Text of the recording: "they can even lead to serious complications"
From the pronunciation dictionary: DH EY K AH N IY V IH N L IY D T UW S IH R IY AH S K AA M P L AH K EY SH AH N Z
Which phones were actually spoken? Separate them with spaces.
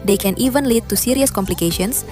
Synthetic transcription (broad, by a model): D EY K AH N IY V IH N L IY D T UW S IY R IY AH S K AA M P L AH K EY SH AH N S